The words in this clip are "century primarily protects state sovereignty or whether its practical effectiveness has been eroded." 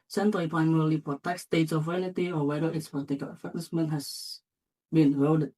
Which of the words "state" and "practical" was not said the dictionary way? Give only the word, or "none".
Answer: practical